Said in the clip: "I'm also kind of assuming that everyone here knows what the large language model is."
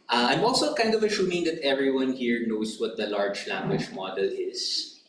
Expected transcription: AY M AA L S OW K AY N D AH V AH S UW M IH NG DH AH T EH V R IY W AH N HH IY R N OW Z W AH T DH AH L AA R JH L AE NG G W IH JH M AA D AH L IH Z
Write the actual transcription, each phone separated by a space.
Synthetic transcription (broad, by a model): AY M AA L S OW K AY N D AH V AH SH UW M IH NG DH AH T EH V R IY W AH N HH IY R N OW S W AH T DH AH L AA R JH L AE NG G W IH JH M AA D AH L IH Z